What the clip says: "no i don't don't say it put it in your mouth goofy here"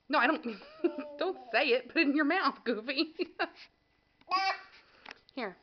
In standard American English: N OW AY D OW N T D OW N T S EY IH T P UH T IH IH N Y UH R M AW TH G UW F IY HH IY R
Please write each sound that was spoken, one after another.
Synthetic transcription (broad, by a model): N OW AY D OW N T D OW N T S EY IH T B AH T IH IH N Y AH R M AW TH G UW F IY HH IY R